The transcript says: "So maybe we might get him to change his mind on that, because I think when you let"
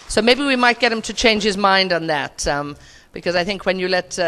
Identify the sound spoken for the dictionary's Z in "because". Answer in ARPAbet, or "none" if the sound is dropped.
Z